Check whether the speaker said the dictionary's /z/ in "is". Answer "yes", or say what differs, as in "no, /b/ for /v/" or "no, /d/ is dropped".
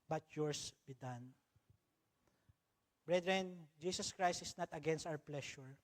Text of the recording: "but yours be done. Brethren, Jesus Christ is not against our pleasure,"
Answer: no, /s/ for /z/